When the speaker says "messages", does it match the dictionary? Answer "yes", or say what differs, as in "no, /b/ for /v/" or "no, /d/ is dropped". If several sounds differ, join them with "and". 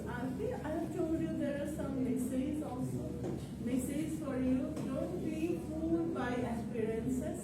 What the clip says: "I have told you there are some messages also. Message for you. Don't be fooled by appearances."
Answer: no, /dʒ/ is dropped